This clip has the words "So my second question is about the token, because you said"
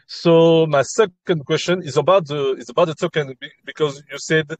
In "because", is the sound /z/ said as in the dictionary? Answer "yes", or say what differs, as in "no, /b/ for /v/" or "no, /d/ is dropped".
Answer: yes